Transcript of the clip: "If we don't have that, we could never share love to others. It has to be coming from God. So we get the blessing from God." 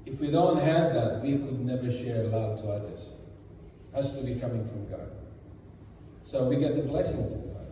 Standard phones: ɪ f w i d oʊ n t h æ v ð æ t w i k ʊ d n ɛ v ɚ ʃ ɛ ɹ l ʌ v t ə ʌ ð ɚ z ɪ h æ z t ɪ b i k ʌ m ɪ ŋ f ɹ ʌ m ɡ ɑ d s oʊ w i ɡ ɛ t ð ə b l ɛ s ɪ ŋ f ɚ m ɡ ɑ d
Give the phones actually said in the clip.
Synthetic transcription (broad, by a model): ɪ f w i d oʊ n t h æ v ð æ t w i k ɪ d n ɛ v ɚ ʃ ɛ ɹ l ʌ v t ə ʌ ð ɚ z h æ s t ɪ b i k ʌ m ɪ ŋ f ɹ ʌ m ɡ ɑ d s oʊ w i ɡ ɛ t ð ə b l ɛ s ɪ ŋ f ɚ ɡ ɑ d